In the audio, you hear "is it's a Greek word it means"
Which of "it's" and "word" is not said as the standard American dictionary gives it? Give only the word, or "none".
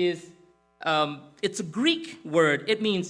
none